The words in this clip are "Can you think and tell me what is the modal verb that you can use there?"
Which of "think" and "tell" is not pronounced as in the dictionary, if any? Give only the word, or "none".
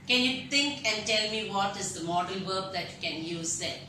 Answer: think